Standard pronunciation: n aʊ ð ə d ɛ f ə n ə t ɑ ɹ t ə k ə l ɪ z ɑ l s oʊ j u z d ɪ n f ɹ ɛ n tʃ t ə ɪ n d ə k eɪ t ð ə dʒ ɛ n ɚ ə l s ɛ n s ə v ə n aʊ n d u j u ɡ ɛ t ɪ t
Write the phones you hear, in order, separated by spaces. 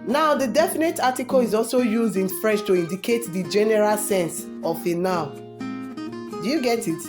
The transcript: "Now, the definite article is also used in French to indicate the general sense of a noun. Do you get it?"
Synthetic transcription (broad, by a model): n aʊ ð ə d ɛ f ə n ə t ɑ t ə k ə l ɪ z ɑ l s oʊ j u z d ɪ n f ɹ ɛ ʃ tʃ t ə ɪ n d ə k eɪ t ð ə dʒ ɛ n ɚ ə l s ɛ n s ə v ə n aʊ d u j u ɡ ɛ t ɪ t